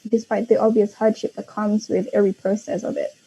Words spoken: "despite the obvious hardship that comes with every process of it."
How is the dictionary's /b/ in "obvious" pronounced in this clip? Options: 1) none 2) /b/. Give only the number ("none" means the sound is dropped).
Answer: 2